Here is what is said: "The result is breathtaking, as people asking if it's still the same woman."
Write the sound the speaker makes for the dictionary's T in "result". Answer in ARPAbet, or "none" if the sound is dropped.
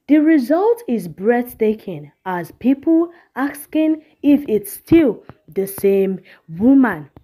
T